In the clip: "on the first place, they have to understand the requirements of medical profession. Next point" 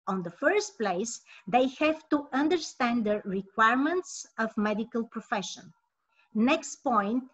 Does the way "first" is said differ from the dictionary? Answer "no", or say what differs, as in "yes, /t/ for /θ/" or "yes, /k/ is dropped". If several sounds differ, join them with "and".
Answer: no